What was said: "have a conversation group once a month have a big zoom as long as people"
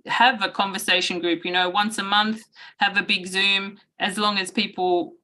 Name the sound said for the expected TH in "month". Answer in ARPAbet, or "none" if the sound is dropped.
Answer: TH